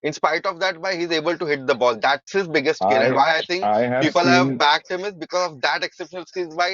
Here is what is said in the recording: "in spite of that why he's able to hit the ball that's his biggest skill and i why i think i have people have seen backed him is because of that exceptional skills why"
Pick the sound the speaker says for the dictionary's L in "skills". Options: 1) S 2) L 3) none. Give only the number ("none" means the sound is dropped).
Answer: 3